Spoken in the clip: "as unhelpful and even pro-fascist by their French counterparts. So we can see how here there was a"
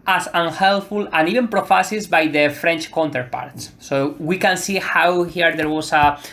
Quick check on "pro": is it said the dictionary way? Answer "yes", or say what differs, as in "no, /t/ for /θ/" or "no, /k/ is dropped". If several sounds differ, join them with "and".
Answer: yes